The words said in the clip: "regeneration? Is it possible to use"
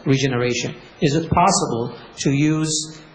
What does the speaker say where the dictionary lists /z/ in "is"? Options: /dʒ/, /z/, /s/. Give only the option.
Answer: /z/